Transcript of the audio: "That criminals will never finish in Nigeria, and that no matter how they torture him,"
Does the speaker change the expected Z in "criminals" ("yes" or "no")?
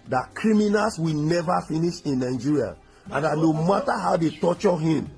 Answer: yes